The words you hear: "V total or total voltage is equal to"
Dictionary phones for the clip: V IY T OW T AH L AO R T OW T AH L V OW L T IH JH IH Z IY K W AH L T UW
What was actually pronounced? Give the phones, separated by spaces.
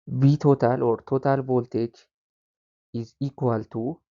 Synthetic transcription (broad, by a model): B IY T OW T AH L AO R T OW T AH L B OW L T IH CH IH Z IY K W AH L T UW